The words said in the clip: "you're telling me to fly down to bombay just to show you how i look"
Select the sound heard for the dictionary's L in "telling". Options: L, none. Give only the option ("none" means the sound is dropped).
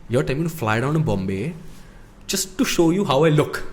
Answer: none